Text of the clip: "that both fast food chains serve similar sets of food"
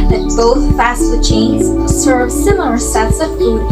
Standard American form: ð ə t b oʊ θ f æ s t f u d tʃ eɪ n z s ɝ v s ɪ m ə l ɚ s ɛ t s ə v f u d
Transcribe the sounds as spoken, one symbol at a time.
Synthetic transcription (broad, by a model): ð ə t b oʊ θ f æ s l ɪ tʃ eɪ n z s ɝ v s ɪ m l ɚ s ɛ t s ə v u